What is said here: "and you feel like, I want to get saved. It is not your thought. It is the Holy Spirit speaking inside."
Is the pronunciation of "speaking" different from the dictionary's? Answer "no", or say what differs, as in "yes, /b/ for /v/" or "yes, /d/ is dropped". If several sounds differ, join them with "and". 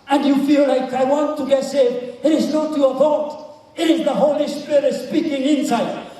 no